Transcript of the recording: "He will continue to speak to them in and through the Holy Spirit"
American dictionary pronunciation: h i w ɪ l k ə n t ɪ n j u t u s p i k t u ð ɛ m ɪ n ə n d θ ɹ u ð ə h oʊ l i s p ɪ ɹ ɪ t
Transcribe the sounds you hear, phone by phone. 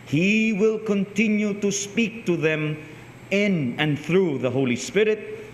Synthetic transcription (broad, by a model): h i w ɪ l k ə n t ɪ n j u t u s p i k t u ð ɛ m ɪ n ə n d θ ɹ u ð ə h oʊ l i s p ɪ ɹ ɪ t